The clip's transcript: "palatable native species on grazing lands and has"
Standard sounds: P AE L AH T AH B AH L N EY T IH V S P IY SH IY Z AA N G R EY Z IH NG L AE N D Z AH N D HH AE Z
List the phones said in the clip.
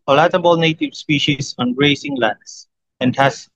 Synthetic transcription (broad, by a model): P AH L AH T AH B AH L N EY T IH V S P IY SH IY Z AA N R EY S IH NG L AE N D S AH N D HH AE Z